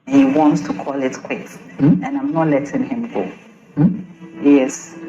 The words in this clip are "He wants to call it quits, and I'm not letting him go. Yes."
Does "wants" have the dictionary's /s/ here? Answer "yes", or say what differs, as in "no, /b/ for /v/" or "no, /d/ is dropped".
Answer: yes